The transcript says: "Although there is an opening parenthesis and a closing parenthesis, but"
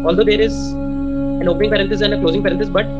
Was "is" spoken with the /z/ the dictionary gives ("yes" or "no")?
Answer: yes